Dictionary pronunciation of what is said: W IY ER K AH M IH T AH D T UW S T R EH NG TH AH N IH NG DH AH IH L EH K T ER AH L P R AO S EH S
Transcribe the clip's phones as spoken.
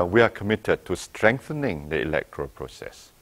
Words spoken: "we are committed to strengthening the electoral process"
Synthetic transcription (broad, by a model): W IY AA K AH M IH T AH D T UW S T R EH NG TH AH N IH NG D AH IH L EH K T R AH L P R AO S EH S